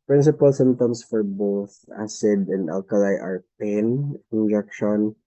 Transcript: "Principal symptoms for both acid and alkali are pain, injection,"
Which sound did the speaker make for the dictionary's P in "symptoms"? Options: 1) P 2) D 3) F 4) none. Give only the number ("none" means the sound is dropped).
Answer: 4